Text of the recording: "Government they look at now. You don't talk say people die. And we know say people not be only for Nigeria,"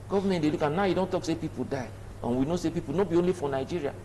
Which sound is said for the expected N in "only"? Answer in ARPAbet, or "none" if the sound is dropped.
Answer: N